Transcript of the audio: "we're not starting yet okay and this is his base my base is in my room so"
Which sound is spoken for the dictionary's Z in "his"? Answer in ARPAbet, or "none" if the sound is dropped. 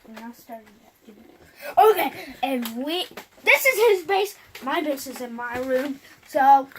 Z